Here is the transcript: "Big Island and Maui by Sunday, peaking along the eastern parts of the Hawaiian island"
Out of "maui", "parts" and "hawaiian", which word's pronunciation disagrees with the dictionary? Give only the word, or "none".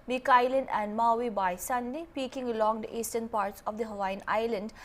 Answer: none